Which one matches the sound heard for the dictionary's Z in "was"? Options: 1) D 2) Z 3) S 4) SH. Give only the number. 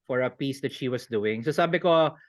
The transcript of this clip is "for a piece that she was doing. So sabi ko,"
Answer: 3